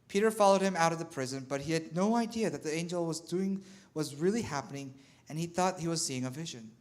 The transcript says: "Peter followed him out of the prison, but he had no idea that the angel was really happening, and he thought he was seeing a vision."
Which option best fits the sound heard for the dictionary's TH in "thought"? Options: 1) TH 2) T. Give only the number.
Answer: 1